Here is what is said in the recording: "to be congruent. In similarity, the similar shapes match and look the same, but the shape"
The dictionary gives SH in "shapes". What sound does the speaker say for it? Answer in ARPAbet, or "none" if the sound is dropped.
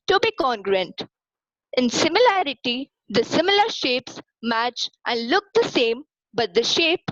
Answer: SH